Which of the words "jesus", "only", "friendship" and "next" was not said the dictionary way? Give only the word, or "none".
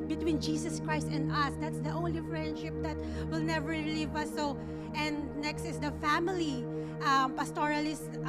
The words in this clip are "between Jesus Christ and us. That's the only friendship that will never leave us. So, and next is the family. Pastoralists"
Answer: jesus